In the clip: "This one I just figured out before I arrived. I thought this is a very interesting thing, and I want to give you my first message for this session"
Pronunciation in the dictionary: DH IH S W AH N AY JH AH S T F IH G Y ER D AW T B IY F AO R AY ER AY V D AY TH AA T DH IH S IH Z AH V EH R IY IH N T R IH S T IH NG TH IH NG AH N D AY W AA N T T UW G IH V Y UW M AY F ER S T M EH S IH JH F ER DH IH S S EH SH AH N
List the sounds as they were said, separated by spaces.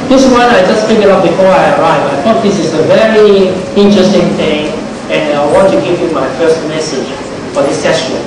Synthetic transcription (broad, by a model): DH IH S W AH N AY JH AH S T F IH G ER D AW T B IY F AO R AY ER AY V AY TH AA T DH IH S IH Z AH V EH R IY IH N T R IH S T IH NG TH IH NG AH N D AY W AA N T T UW G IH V Y UW M AY F ER S T M EH S IH JH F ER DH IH S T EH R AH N